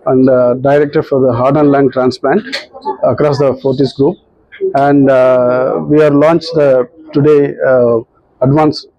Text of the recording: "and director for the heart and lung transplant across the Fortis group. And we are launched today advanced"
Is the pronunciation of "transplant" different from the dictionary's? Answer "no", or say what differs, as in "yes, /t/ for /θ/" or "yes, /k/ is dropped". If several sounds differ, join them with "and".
no